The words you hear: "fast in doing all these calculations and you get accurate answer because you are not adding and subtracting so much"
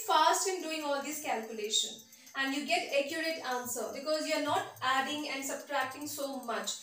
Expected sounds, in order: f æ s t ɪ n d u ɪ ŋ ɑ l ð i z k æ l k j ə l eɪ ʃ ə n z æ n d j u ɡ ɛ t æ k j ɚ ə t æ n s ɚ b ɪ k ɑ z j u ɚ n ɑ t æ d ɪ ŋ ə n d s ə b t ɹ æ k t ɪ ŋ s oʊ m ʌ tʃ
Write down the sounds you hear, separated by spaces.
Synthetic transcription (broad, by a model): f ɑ s t ɪ n d u ɪ ŋ ɑ l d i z k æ l k j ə l eɪ ʃ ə n æ n d j u ɡ ɛ t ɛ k j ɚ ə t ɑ n s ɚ b ɪ k ɑ z j u ɚ n ɑ t æ d ɪ ŋ ə n d s ə b t ɹ æ k t ɪ ŋ s oʊ m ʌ tʃ